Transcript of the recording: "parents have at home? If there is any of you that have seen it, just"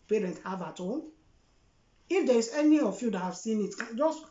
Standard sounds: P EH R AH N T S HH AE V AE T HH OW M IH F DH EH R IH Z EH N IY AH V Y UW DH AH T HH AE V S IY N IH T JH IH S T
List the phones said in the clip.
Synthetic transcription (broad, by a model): P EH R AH N T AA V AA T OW IH F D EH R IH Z EH N IY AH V Y UW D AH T HH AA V S IY N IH T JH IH S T